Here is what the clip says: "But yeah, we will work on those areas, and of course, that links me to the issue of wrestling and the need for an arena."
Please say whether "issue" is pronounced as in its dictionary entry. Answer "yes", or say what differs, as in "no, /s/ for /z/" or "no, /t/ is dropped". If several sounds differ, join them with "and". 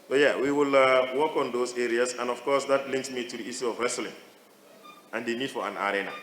no, /s/ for /ʃ/